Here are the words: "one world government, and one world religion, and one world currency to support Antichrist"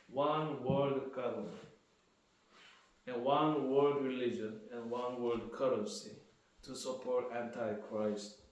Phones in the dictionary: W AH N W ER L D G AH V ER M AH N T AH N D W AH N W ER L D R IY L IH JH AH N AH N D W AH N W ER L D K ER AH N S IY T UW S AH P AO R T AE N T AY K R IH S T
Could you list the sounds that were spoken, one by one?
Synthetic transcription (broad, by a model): W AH N W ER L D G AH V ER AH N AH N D W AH N W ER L D R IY L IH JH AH N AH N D W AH N W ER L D K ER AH S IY T UW S AH P AO R T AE N T AY K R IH S T